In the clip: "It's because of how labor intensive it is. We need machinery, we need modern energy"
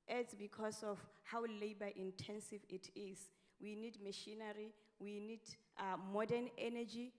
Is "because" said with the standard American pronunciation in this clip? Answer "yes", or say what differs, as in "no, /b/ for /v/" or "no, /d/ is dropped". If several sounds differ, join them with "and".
no, /s/ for /z/